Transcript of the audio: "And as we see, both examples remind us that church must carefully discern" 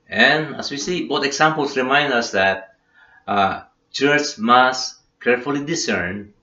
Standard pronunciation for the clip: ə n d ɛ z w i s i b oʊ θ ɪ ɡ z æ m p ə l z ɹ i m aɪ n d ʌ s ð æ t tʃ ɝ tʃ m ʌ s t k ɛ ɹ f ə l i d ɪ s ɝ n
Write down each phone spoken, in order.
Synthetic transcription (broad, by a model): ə n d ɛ s w i s i b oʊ t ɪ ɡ s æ m p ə l s ɹ i m aɪ n d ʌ s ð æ t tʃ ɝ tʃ m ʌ s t k ɛ ɹ f ə l i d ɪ s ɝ n